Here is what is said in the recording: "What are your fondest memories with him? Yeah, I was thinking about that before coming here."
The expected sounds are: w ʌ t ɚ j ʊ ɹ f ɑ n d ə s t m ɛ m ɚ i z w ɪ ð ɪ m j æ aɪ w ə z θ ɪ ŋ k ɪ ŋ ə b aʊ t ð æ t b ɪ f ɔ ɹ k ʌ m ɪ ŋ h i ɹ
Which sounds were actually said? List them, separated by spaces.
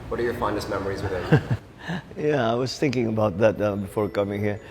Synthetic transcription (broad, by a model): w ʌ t ɚ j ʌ ɹ f ɑ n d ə s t m ɛ m ɚ i z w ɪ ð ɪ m j æ aɪ w ə z θ ɪ ŋ k ɪ ŋ ə b aʊ t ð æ t b ɪ f ɔ ɹ k ʌ m ɪ ŋ h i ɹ